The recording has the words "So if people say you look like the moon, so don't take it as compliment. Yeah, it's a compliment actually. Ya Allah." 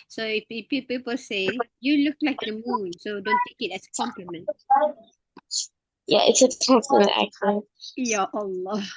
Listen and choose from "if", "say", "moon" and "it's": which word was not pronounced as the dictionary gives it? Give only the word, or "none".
if